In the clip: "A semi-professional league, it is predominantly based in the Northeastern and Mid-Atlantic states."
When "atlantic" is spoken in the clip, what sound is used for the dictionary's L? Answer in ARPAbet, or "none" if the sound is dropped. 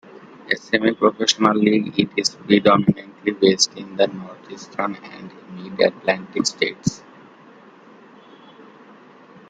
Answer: L